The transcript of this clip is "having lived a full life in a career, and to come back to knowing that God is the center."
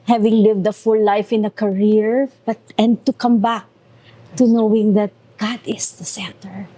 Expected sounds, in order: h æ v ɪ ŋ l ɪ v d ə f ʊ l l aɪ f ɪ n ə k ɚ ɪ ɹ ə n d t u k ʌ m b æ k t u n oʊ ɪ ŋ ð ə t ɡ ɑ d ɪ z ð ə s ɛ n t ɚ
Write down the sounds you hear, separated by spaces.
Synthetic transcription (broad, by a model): h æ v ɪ ŋ l ɪ v d ə f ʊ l l aɪ f ɪ n ə k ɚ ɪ ɹ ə n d t u k ʌ m b æ k t u n oʊ ɪ ŋ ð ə t ɡ ɑ d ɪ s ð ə s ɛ n t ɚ